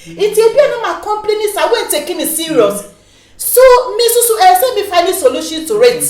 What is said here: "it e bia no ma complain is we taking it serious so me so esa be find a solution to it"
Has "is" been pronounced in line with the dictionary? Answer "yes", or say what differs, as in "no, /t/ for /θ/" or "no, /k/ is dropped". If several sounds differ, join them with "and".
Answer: no, /s/ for /z/